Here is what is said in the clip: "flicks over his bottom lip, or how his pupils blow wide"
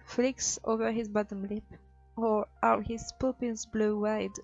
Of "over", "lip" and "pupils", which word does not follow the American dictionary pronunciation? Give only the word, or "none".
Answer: pupils